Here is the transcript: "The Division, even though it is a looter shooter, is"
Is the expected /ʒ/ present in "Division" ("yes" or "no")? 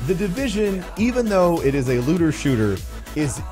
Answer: yes